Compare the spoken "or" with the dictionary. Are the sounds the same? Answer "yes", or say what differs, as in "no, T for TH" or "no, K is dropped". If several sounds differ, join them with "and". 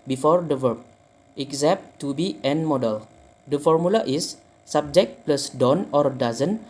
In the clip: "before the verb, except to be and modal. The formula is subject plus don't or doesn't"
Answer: yes